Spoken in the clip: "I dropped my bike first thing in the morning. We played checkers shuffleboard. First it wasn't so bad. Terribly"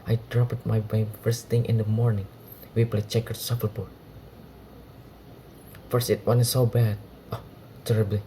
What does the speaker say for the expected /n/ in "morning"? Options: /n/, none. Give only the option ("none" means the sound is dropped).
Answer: /n/